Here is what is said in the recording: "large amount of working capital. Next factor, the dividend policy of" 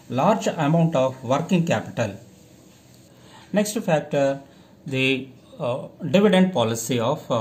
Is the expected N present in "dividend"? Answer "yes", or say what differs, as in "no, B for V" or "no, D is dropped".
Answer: yes